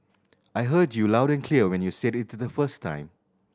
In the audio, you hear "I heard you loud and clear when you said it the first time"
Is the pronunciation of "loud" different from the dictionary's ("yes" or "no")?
no